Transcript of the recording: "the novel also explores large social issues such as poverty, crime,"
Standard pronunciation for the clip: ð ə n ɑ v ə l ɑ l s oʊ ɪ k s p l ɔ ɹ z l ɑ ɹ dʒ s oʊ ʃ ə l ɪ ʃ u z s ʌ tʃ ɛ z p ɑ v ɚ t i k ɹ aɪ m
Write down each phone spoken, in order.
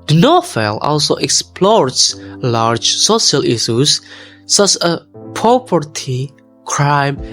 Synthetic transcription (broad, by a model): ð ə n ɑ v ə l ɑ l s oʊ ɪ k s p l ɔ ɹ s l ɑ ɹ dʒ s oʊ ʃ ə l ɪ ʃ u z s ʌ tʃ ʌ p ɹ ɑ p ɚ t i k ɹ aɪ m